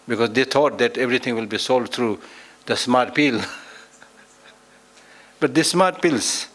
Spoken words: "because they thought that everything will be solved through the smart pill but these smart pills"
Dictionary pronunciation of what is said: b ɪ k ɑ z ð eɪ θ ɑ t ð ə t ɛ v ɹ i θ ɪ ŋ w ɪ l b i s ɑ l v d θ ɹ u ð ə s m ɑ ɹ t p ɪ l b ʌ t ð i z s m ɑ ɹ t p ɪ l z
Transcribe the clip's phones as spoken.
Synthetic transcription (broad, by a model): b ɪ k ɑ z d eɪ t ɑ t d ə t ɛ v ɹ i t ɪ ŋ w ɪ l b i s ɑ l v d t ɹ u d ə s m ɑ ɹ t p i l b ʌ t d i s m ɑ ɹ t p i l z